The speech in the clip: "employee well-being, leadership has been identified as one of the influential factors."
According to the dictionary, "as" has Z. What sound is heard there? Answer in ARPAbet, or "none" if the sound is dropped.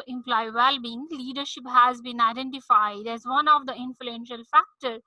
Z